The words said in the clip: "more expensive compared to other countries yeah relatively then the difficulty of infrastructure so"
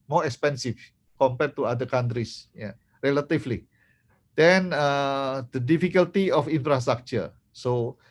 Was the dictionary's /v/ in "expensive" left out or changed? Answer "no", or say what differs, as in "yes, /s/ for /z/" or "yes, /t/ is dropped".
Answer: yes, /f/ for /v/